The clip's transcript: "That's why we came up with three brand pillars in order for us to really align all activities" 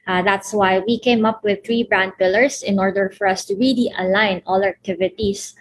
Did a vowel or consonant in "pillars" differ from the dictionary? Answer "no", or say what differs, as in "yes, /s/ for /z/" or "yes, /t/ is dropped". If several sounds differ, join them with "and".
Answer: yes, /s/ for /z/